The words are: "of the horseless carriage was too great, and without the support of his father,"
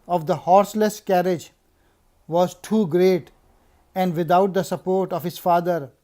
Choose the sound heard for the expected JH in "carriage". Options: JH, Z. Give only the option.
JH